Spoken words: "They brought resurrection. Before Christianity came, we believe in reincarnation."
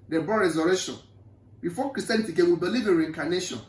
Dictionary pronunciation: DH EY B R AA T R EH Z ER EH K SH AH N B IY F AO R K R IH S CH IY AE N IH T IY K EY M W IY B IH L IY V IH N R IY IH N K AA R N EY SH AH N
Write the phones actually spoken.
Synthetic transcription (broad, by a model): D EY B AA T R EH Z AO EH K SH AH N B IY F AO K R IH S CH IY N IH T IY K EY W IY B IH L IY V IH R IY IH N K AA N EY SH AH N